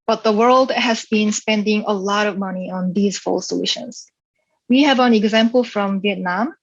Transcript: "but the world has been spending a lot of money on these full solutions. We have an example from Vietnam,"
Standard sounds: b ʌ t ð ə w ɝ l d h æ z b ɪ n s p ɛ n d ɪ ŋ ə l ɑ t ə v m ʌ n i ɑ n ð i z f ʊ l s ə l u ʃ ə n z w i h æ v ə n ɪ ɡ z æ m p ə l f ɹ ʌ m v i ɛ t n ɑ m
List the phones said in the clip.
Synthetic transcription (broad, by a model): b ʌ t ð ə w ɝ l d h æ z b ɪ n s p ɛ n d ɪ ŋ ə l ɑ t ə v m ʌ n i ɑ n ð i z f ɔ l s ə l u ʃ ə n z w i h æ v ə n ɪ ɡ z æ m p ə l f ɹ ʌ m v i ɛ t n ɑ m